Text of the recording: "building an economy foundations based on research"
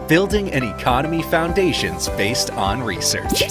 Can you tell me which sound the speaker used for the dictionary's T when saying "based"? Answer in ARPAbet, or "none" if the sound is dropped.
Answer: T